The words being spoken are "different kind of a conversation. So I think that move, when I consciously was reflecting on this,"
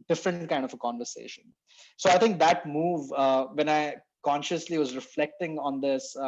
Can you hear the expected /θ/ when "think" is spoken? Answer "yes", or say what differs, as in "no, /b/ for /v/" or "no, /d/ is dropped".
no, /t/ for /θ/